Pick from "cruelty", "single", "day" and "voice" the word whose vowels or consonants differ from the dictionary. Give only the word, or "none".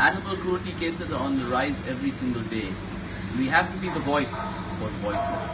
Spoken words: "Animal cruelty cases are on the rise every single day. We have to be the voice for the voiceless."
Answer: cruelty